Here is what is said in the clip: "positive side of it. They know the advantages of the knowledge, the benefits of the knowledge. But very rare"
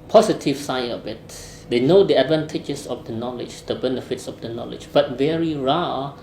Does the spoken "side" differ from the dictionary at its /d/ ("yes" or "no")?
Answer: yes